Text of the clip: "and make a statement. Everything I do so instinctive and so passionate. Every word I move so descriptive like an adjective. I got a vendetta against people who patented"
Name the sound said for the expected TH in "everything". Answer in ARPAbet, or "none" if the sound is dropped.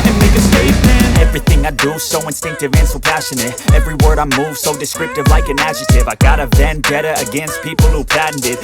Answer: TH